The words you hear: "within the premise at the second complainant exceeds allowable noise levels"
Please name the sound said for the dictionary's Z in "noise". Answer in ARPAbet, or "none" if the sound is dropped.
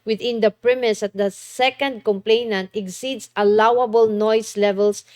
S